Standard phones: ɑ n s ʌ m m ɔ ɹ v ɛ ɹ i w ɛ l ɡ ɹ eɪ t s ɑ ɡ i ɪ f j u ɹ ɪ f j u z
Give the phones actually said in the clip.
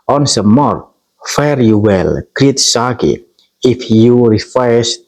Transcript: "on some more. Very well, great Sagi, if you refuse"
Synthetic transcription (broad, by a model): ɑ n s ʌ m m ɔ ɹ f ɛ ɹ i w ɛ l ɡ ɹ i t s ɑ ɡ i ɪ f j u ɹ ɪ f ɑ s